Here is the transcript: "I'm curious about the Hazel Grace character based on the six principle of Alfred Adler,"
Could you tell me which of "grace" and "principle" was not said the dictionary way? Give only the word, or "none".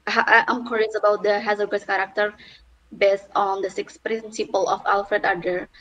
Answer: grace